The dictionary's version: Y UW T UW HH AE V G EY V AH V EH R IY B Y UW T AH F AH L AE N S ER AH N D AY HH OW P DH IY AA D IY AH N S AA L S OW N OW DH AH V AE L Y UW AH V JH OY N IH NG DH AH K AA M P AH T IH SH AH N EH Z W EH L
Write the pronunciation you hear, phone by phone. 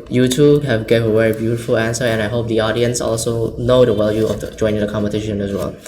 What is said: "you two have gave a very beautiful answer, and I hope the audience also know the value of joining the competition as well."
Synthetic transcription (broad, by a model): Y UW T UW HH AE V G EY V AH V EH R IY B Y UW T AH F AH L AE N S ER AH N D AY HH OW P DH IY AA D IY AH N S AA L S OW N OW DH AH W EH L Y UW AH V JH OY N IH NG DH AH K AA M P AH T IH SH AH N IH S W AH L